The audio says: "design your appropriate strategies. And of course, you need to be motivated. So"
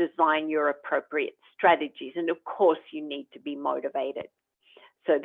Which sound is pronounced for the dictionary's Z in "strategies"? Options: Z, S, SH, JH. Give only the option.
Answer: Z